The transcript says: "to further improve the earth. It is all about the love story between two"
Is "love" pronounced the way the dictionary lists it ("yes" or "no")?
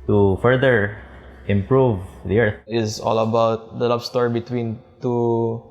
no